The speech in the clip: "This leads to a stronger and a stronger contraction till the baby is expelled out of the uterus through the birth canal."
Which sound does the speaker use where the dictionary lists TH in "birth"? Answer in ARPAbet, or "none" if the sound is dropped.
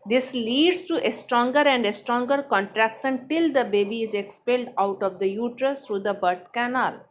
T